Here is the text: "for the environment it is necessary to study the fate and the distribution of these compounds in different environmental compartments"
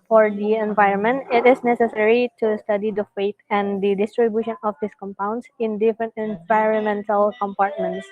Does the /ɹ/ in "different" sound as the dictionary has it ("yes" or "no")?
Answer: yes